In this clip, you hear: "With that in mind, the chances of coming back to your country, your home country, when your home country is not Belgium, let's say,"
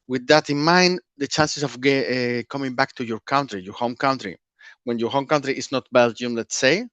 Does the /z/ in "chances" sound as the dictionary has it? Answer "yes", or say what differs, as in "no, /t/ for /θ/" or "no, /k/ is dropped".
no, /s/ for /z/